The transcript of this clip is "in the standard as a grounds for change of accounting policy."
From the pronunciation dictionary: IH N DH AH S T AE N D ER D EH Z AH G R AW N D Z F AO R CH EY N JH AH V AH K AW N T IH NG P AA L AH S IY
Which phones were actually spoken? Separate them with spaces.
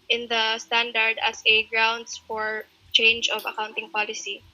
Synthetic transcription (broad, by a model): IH N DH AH S T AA N D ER D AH S AH G R AW N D S F AO R CH EY N JH AH V AH K AW N T IH NG P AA L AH S IY